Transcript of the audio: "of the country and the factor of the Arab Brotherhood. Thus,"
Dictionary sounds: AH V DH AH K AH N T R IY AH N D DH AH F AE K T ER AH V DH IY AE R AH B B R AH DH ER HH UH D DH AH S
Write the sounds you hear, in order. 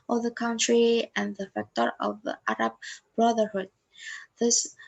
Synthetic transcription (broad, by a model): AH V DH AH K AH N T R IY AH N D DH AH F AE K T ER AH V DH IY AE R AH B B R AH DH ER HH UH D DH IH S